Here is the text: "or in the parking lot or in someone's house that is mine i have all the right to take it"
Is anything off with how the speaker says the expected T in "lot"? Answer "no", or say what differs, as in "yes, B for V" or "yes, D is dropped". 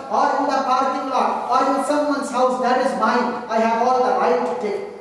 yes, T is dropped